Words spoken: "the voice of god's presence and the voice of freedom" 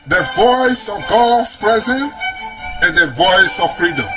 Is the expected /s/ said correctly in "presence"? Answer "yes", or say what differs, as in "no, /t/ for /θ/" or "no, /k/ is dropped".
no, /s/ is dropped